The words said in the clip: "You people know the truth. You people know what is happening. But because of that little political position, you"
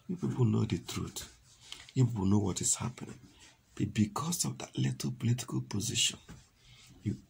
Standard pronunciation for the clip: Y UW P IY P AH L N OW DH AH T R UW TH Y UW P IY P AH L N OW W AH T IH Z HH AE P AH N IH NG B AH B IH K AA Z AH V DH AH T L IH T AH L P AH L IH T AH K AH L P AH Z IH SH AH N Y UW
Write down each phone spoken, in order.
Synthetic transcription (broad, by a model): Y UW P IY P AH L N OW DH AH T R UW T Y UW P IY P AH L N OW W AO T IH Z HH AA P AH N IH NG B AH B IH K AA S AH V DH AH T L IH T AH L P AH L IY T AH K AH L P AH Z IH SH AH N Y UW